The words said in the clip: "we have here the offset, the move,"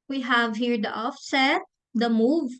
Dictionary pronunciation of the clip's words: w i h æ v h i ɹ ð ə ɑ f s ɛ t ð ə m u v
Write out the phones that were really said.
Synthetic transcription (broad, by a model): w i h æ v h i ɹ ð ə ɑ f s ɛ t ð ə m u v